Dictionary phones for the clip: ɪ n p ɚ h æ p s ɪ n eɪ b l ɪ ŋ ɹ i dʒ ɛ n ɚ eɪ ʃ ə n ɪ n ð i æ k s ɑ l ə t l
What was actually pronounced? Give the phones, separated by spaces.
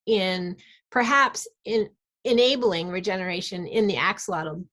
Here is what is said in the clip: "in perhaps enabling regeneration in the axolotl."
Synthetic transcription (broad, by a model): ɪ n p ɚ h æ p s ɪ n eɪ b l ɪ ŋ ɹ i dʒ ɛ n ɚ eɪ ʃ ə n ɪ n ð i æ k s l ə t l